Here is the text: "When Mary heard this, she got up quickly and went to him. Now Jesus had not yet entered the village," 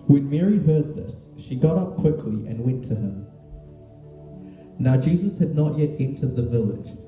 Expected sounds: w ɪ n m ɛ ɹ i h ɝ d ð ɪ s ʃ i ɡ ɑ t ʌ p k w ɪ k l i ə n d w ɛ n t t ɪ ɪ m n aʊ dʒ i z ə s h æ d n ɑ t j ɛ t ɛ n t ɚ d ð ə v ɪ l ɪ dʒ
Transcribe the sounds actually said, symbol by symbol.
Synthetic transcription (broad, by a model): w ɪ n m ɛ ɹ i h ɝ d ð ɪ s ʃ i ɡ ɑ t ʌ p k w ɪ k l i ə n w ɛ n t t ɪ ɪ m n aʊ dʒ i z ə s h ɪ d n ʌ t j ɛ t ɛ n t ɚ d ð ə v ɪ l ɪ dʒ